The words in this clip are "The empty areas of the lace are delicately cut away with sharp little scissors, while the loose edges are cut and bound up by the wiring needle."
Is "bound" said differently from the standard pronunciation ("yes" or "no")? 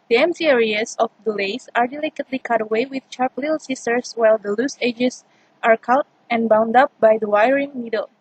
no